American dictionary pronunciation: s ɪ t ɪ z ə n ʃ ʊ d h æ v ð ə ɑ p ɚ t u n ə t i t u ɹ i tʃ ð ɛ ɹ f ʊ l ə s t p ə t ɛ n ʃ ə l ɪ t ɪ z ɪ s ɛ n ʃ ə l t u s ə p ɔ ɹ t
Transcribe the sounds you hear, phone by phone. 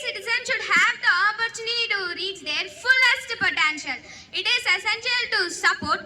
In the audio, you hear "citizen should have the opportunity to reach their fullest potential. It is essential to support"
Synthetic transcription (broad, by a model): s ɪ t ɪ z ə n ʃ ʊ d h æ v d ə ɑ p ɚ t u n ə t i t u ɹ i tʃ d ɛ ɹ f ʊ l ə s t p ə t ɛ n ʃ ə l ɪ t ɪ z ɪ s ɛ n ʃ ə l t u s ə p ɔ ɹ t